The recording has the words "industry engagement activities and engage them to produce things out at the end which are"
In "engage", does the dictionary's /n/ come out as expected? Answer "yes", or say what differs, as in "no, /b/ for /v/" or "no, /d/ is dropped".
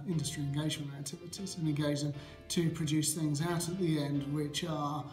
no, /n/ is dropped